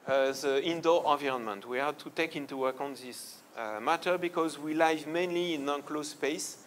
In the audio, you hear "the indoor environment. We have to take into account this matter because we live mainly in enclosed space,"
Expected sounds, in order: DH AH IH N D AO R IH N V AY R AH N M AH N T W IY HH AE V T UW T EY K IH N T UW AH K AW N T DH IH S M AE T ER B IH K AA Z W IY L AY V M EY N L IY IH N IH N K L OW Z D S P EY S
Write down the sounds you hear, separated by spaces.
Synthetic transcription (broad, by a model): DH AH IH N D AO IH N V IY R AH N M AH N T W IY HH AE T UW T EY K IH N T UW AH K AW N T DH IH S M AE T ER B IH K AA Z W IY L AY V M EY N L IY IH N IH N K L OW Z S P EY S